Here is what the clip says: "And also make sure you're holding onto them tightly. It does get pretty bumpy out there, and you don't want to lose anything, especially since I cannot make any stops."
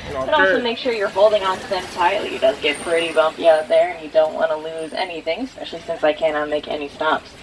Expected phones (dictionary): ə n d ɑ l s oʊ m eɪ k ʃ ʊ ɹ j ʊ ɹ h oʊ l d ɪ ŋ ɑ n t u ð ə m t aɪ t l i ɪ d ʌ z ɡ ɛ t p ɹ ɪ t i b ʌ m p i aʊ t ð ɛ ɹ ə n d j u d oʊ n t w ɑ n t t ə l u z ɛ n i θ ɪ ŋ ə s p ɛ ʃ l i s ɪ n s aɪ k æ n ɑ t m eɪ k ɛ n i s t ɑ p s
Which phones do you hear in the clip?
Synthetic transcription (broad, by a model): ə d ɑ l s oʊ m eɪ k ʃ ʊ ɹ j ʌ ɹ h oʊ l d ɪ ŋ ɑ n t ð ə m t aɪ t l i ɪ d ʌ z ɡ ɛ t p ɹ ɪ t i b ʌ m p i aʊ t ð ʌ ɹ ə n j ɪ d oʊ n t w ɑ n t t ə l u z ɛ n i θ ɪ ŋ s p ɛ ʃ l i s ɪ n s aɪ k æ n ɑ t m eɪ k ɛ n i s t ɑ p s